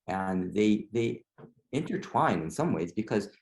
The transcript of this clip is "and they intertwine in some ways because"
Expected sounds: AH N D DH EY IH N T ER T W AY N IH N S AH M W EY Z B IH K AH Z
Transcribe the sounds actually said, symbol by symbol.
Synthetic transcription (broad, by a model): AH N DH DH EY IH N T ER T W AY N IH N S AH M W EY Z B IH K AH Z